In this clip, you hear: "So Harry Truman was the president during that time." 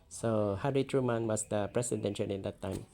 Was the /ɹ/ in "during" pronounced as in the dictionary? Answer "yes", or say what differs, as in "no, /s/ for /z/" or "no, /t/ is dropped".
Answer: no, /l/ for /ɹ/